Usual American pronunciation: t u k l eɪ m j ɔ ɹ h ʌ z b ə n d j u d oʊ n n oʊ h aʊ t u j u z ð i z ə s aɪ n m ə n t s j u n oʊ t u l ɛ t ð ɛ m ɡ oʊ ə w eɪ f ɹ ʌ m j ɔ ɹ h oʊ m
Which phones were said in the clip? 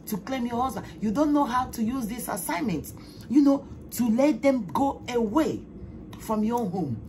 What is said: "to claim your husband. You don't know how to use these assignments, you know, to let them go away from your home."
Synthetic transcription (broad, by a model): t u k l eɪ m j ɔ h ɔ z ə j u d oʊ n n oʊ h aʊ t u j u z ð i s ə s aɪ n m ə n t j u n oʊ t u l ɛ t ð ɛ m ɡ oʊ ə w eɪ f ɹ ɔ m j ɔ h oʊ m